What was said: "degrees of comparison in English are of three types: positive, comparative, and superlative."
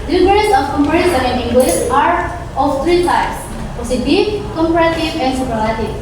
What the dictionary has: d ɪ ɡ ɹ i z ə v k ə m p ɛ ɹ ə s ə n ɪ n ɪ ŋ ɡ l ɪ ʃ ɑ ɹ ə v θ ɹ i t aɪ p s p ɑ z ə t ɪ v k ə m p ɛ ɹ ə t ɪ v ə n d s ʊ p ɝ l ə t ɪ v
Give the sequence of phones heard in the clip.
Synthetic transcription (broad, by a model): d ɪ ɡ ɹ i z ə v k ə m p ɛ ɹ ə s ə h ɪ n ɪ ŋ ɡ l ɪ s ɑ ɹ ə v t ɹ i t aɪ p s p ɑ s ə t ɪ k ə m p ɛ ɹ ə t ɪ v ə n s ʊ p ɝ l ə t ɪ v